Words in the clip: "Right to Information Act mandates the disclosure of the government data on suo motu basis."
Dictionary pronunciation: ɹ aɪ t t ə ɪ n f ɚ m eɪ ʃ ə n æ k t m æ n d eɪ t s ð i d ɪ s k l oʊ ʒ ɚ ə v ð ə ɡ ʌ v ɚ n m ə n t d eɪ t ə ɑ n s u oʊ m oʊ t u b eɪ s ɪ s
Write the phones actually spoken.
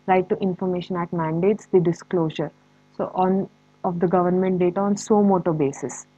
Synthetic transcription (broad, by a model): ɹ aɪ t t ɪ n f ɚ m eɪ ʃ ə n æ t m æ n d eɪ t s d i d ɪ s k l oʊ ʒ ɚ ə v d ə ɡ ʌ v ɚ n m ə n t d eɪ t ə ɑ n s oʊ m oʊ t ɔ b eɪ s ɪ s